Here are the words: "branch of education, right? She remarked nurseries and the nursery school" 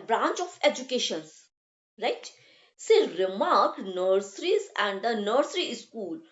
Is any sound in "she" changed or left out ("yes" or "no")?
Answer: yes